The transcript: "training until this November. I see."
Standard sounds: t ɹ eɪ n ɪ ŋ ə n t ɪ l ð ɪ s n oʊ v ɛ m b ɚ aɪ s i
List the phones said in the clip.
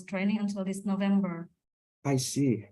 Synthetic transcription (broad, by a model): t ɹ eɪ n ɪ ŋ ə n t ɪ l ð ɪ s n oʊ v ɛ m b ɚ aɪ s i